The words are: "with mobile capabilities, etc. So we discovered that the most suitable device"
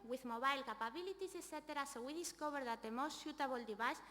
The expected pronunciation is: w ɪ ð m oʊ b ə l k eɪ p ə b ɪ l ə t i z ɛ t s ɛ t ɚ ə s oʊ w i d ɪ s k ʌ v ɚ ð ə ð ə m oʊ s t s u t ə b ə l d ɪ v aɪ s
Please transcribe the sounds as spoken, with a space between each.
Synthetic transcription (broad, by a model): w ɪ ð m oʊ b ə l k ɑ p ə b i l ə t i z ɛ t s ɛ t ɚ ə s oʊ w i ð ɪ s k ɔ b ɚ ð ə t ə m oʊ s t ʃ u t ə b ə l d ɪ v aɪ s